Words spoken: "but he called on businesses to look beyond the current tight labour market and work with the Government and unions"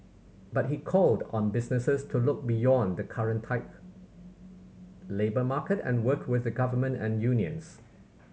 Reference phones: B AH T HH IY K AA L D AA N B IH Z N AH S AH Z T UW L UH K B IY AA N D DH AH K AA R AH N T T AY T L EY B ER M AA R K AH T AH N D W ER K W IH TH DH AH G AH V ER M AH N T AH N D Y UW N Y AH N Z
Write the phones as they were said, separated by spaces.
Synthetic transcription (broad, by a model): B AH T HH IY K AA L D AA N B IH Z N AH S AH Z T UW L UH K B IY AA N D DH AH K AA R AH N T T AY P L EY B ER M AA K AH T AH N W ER K W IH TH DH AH G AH V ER M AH N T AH N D Y UW N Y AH N S